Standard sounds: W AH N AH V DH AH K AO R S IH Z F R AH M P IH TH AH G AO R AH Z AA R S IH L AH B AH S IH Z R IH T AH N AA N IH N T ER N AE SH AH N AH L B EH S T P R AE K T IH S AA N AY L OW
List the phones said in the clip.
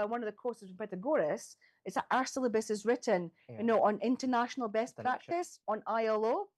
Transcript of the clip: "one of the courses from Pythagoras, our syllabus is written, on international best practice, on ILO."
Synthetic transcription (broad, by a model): W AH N AH V DH AH K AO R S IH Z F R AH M P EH T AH G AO R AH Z AA R S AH L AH B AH S IH Z R IH T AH N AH N IH N T ER N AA SH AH N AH L B EH S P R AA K T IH S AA N AY L OW